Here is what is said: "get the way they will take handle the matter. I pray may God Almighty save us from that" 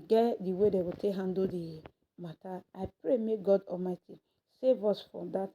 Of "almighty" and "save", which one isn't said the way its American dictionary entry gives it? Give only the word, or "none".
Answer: none